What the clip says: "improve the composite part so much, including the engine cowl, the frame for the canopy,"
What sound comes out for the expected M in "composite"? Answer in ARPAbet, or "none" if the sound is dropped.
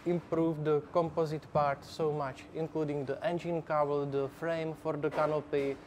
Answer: M